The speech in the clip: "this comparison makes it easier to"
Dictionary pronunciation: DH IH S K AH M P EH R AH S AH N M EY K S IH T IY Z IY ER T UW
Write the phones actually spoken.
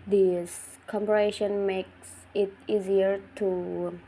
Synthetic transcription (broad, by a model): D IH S K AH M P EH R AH SH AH N M EY K S IH T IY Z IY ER T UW